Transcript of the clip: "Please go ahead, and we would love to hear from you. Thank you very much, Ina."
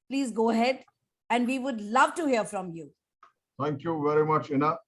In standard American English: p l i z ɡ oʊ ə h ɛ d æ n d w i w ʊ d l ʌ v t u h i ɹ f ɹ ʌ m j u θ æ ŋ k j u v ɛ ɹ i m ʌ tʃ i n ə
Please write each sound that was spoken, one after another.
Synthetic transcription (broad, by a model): p l i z ɡ oʊ ə h ɛ d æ n d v i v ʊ d l ʌ v t u h i ɹ f ɹ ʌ m j u t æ ŋ k j u v ɛ ɹ i m ʌ tʃ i n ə